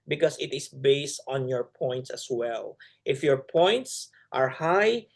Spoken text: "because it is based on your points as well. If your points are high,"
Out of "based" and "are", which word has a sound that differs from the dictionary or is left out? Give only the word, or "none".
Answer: none